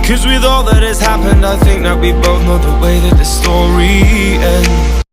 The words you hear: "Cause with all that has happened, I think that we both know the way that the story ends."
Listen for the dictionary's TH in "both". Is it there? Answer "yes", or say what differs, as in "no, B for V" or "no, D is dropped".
yes